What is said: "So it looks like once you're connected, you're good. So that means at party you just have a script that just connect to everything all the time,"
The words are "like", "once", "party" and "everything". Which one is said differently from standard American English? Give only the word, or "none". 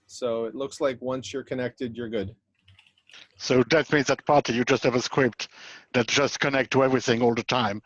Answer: none